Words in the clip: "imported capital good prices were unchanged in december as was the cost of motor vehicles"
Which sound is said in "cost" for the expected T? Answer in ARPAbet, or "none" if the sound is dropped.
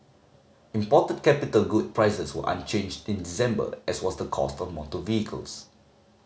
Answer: T